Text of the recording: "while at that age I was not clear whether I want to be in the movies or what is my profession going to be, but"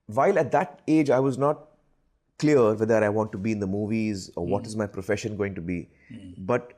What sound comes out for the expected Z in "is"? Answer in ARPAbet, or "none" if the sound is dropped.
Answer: Z